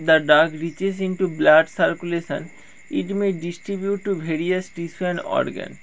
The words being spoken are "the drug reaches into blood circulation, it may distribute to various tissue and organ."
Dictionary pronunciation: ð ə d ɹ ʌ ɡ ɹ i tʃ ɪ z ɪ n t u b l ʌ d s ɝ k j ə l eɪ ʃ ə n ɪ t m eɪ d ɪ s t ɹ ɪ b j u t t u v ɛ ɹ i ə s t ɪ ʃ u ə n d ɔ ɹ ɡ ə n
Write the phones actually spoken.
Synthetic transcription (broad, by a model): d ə d ɑ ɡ ɹ i tʃ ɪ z ɪ n t u b l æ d s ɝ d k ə l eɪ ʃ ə n ɪ t m eɪ d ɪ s t ɹ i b j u t t u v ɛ ɹ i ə s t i s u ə n ɔ ɹ ɡ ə n